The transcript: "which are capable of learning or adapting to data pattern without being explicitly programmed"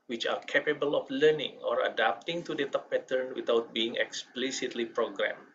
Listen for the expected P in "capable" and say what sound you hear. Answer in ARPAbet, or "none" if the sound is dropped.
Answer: P